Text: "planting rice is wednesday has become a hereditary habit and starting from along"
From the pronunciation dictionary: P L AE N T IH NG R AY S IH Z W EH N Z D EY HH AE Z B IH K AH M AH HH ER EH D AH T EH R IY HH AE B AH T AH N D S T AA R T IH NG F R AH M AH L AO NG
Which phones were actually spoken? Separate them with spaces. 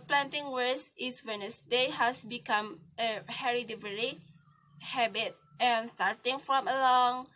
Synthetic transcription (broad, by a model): P L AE N T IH NG W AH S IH S W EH N S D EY HH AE S B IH K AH M AH HH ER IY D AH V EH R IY HH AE B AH T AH N S T AA R T IH NG F R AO M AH L AO NG